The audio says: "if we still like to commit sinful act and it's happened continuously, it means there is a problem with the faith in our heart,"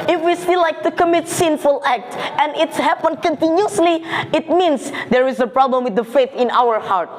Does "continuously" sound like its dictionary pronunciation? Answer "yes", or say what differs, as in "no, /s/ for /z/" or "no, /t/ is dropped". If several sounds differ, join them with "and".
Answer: yes